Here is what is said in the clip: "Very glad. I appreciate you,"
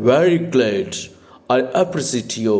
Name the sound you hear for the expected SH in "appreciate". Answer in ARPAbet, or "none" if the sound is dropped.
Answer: S